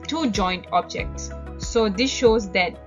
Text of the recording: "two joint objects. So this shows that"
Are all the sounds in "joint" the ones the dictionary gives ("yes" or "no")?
yes